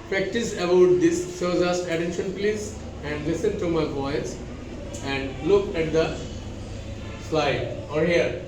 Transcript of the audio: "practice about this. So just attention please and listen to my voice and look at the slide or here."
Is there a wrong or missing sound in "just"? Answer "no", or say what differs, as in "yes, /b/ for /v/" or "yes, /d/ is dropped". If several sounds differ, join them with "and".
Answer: yes, /z/ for /dʒ/